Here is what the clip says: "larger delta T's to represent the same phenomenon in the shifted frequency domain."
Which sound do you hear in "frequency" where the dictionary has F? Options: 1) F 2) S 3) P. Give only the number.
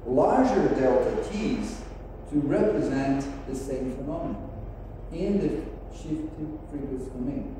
3